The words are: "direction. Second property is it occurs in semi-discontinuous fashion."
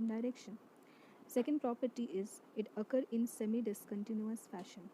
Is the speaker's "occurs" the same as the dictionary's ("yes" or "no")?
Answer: no